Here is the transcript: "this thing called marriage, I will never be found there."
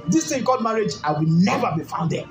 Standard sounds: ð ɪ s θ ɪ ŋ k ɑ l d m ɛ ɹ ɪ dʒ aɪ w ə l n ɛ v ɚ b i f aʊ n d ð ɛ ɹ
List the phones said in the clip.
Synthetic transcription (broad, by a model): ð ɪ s t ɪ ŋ k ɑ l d m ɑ ɹ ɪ dʒ aɪ w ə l n ɛ v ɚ b i f aʊ n d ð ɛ